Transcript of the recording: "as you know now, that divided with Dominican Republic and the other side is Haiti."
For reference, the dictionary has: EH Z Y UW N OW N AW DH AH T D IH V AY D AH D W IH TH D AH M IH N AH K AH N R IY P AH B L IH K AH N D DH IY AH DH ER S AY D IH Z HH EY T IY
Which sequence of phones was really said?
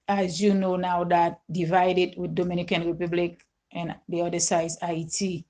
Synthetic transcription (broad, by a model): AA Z Y UW N OW N AW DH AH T D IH V AY D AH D W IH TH D AH M IH N AH K AH N R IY P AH B L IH K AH N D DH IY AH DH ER S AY IH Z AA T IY